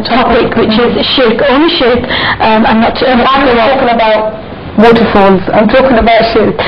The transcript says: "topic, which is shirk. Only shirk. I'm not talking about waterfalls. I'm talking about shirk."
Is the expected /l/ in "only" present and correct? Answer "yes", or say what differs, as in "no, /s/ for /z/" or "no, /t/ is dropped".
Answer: no, /l/ is dropped